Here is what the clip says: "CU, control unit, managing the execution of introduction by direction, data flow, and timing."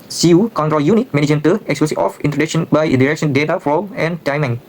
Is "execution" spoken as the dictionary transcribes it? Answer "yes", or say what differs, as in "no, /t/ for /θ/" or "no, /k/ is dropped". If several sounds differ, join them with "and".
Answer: no, /s/ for /ʃ/ and /n/ is dropped